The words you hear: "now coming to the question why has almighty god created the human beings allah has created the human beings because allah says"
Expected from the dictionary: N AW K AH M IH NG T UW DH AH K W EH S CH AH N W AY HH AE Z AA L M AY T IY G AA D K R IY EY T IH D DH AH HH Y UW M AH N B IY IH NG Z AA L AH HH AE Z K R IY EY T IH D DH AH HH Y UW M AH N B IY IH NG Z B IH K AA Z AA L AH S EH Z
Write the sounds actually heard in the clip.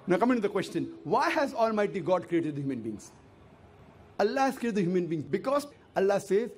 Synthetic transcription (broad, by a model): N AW K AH M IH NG T UW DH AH K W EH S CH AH N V AY HH AE Z AA L M AY T IY G AA D K R IY EY T IH D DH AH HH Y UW M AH N B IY NG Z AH L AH HH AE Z K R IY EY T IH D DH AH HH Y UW M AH N B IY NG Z B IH K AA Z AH L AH S EH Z